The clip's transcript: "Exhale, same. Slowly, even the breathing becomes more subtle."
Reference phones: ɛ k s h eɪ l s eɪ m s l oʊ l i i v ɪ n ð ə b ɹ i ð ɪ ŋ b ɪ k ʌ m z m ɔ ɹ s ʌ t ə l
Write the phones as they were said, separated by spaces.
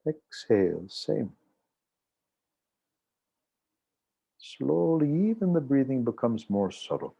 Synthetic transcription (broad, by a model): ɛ k s h eɪ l s eɪ m s l oʊ l i i v ɪ n ð ə b ɹ i ð ɪ ŋ b ɪ k ʌ m z m ɔ ɹ s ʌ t l